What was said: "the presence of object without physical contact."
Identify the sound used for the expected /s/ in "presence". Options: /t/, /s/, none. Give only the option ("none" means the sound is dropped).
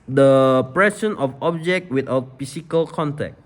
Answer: none